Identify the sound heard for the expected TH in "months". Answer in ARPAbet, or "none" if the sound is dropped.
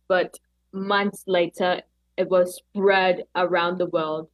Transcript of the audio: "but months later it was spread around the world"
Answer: TH